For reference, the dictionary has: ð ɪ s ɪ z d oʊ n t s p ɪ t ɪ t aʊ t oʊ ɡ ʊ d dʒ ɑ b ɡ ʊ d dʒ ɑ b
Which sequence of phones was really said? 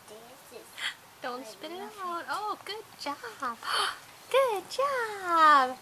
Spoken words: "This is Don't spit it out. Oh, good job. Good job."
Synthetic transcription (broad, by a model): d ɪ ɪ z d oʊ n t s p ɪ t ɪ t aʊ t oʊ ɡ ʊ d dʒ ɑ b ɡ ʊ d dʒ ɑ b